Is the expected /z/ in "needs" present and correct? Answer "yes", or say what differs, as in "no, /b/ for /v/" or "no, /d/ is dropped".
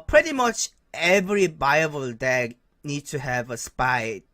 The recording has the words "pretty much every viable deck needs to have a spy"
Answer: no, /z/ is dropped